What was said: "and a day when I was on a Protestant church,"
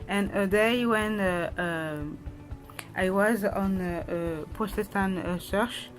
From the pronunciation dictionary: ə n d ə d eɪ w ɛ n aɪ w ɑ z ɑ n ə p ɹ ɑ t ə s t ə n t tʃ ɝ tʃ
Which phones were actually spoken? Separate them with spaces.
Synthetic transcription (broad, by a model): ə n ə d eɪ w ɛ n aɪ w ɑ z ɑ n ə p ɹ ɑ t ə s t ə n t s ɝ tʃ